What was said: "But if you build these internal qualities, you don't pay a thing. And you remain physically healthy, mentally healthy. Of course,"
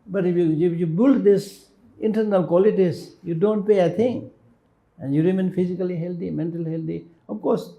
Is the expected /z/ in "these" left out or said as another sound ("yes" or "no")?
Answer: yes